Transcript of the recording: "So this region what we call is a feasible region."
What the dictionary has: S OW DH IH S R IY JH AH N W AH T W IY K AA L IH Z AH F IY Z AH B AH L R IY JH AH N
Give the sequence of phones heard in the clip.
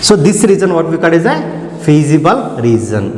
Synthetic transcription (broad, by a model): S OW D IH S R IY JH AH N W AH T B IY K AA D IH Z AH P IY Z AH B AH L R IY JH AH N